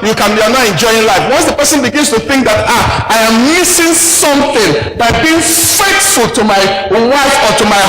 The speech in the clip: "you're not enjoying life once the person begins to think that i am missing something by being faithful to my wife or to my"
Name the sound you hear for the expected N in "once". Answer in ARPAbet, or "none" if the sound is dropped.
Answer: N